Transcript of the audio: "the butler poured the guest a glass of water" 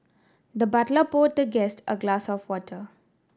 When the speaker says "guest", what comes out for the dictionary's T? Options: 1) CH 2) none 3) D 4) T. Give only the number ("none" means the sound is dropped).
4